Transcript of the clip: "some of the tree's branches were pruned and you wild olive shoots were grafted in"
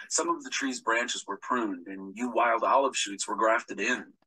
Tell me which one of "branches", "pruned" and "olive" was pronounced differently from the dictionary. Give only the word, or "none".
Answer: none